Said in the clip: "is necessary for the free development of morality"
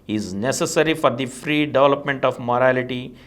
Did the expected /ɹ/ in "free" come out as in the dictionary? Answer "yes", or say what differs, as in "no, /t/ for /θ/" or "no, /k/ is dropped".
yes